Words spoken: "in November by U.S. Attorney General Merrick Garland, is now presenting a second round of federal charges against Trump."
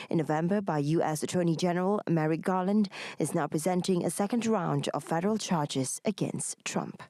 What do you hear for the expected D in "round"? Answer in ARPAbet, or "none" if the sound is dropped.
D